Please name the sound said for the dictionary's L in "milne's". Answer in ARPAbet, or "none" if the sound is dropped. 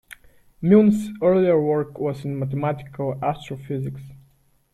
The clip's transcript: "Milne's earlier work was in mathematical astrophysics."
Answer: none